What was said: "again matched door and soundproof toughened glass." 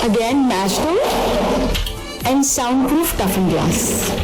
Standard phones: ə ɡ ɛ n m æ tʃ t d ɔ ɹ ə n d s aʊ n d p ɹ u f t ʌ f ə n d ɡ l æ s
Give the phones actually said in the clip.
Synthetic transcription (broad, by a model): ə ɡ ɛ n m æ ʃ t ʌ l ə n d s aʊ n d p ɹ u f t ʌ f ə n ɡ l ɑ s